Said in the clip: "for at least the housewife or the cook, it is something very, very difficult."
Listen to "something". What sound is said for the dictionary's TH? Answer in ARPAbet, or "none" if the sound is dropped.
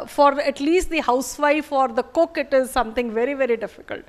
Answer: T